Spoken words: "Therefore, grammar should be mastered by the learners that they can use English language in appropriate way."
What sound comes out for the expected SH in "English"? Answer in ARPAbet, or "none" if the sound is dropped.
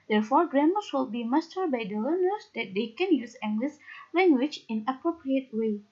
S